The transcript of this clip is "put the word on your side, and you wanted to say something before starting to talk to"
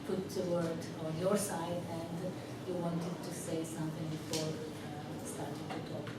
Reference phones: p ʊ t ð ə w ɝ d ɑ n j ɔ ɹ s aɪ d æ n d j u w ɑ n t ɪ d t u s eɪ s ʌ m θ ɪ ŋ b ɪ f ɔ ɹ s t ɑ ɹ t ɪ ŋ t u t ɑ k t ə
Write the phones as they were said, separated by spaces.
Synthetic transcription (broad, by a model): p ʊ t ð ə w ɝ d ɑ n j ɔ ɹ s aɪ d æ n d j u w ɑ n t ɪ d t u s eɪ s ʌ m t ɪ ŋ b ɪ f ɔ ɹ s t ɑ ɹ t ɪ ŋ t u t ɑ k